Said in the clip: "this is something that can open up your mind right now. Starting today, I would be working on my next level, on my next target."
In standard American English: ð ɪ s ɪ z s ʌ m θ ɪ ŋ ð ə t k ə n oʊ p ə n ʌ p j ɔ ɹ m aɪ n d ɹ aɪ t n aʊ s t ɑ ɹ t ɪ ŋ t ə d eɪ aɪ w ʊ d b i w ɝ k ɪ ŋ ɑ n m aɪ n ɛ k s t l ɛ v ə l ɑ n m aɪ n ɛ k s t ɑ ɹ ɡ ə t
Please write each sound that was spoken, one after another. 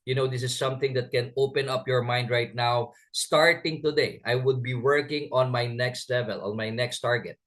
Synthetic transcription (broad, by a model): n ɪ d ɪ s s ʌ m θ ɪ ŋ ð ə t k ə n oʊ p ə n ʌ p j ɔ ɹ m aɪ n d ɹ aɪ t n aʊ s t ɑ ɹ t ɪ ŋ t ə d eɪ aɪ w ʊ d b i w ɝ k ɪ ŋ ɑ n m aɪ n ɛ k s t l ɛ v ə l ɑ n m aɪ n ɛ k s t ɑ ɹ ɡ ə t